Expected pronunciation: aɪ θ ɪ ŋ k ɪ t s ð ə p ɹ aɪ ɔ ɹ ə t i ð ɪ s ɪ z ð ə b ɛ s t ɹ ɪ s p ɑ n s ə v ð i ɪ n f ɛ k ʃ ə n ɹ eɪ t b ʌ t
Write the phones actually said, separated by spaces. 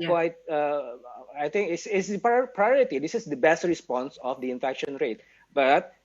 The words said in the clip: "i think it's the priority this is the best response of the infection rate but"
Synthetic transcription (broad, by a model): aɪ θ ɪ ŋ k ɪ s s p p ɹ aɪ ɔ ɹ ə t i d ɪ s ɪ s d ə b ɛ s t ɹ ɪ s p ɑ n s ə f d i ɪ n f ɛ k ʃ ə n ɹ eɪ t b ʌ t